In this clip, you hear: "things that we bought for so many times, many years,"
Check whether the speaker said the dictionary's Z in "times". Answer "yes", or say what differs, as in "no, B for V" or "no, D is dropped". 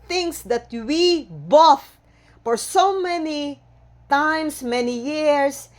no, S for Z